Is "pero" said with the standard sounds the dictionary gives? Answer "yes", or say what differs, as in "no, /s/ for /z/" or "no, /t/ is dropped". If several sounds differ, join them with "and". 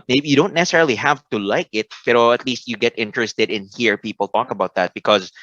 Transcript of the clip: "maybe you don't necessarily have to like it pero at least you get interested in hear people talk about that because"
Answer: no, /b/ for /p/